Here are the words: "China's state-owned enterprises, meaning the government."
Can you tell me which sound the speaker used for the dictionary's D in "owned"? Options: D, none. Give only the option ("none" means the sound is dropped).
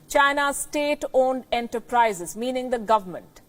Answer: D